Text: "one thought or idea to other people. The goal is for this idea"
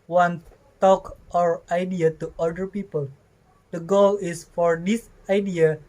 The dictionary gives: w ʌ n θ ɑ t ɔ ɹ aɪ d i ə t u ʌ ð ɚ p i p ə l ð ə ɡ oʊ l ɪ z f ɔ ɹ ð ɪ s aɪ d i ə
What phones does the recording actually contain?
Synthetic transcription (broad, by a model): w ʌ n t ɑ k ɔ ɹ aɪ d i ə t u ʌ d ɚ p i p ə l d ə ɡ oʊ l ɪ s f ɔ ɹ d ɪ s aɪ d i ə